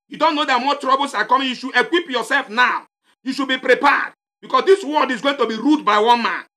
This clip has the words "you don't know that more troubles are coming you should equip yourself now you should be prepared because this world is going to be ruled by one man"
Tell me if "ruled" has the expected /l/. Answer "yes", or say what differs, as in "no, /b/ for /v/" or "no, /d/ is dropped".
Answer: no, /l/ is dropped